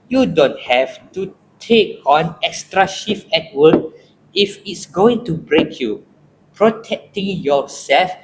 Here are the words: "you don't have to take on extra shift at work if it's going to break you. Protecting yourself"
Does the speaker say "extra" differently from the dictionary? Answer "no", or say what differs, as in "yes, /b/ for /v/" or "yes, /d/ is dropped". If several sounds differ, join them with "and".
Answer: no